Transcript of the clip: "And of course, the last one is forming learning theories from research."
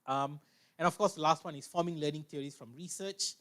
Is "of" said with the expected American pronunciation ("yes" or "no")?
no